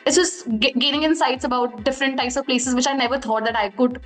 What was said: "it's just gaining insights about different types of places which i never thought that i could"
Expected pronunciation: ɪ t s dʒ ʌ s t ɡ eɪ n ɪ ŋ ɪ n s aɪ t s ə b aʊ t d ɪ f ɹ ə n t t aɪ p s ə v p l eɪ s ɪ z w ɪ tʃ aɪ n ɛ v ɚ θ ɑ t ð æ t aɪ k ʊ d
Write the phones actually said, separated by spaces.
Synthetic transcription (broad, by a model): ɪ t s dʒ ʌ s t ɡ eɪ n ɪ ŋ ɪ n s aɪ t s ə b aʊ t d ɪ f ɹ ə n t t aɪ p s ə v p l eɪ s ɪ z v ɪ tʃ aɪ n ɛ v ɚ t ɑ t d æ t aɪ k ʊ d